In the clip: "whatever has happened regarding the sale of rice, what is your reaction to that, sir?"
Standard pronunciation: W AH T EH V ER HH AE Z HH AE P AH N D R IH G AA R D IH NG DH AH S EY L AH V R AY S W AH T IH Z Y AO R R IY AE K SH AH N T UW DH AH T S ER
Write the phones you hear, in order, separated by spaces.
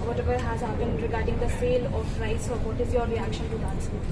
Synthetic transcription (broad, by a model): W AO T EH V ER HH AE Z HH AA B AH N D R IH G AA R D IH NG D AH S EY L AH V R AY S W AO T IH Z Y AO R R IY AE K SH AH N T UW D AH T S